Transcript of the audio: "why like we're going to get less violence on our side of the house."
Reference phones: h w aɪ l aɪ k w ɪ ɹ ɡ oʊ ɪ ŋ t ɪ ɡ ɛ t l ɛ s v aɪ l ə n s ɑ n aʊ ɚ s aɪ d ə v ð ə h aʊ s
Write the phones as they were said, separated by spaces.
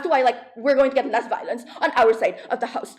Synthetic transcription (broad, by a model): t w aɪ l aɪ k w ɪ ɹ ɡ oʊ ɪ ŋ t ɪ ɡ ɛ t l ɛ s v aɪ l ə n s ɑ n aʊ ɚ s aɪ d ə v ð ə h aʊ s